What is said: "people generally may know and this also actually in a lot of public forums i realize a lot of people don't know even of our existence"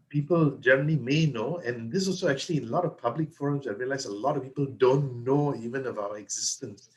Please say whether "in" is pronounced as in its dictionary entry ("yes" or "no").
no